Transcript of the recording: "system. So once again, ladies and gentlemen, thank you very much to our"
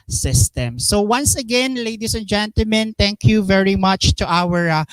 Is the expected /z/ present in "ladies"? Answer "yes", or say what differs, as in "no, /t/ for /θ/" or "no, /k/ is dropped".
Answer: no, /s/ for /z/